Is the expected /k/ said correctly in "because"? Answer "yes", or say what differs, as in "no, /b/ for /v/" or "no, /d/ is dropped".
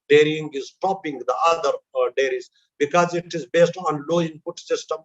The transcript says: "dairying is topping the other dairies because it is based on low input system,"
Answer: yes